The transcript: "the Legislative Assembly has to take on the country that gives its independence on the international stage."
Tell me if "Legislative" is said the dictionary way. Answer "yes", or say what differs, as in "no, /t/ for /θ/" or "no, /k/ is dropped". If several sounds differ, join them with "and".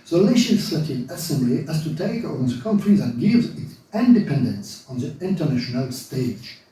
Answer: no, /ʃ/ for /dʒ/